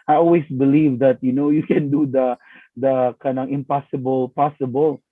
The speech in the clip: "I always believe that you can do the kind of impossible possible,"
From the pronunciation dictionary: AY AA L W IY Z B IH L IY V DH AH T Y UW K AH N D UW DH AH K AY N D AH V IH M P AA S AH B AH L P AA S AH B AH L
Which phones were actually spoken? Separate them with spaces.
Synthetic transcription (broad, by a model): AY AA L W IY S B IH L IY V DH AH T Y UW K AH N D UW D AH K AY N AH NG IH M P AA S AH B AH L P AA S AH B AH L